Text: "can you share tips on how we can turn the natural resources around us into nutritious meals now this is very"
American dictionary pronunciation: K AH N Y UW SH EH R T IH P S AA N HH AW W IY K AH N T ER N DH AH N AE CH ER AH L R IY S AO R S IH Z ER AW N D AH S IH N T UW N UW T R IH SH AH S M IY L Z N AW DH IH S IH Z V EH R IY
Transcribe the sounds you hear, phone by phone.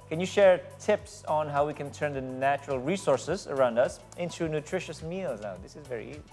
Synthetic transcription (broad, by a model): K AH N Y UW SH EH R T IH P S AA N HH AW W IY K AH N T ER N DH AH N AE CH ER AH L R IY S AO R S IH Z ER AW N D AH S IH N T UW N UW T R IH SH AH S M IY L Z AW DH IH S IH Z V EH R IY